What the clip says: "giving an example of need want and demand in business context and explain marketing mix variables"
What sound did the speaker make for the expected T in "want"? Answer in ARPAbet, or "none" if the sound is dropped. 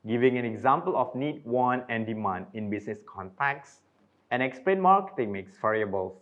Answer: none